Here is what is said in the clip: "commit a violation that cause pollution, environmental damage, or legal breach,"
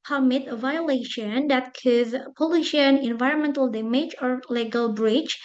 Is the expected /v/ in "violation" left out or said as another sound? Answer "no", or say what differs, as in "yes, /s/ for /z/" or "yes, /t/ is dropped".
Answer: no